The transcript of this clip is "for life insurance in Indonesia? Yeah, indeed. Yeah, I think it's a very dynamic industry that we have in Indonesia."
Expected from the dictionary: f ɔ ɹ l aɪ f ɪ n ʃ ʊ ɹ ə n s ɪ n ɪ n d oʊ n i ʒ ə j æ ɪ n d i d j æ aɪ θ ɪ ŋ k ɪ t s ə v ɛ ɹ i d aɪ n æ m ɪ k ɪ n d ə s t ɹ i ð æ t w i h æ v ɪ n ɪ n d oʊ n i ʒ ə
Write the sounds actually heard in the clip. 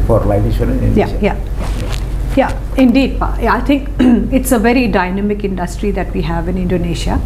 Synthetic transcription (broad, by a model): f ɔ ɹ l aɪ ɪ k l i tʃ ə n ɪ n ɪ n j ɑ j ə j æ ɪ n d i d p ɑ aɪ t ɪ ŋ k ɪ t s ə v ɛ ɹ i d aɪ n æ m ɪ k ɪ n d ə s t ɹ i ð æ t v i h æ v ɪ n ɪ n d oʊ n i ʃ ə